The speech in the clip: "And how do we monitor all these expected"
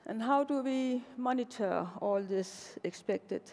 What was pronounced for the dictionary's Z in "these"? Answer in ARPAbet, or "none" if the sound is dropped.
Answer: S